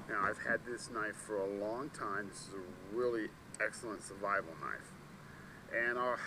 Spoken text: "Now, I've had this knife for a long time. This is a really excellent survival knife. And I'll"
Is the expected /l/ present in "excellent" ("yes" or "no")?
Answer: yes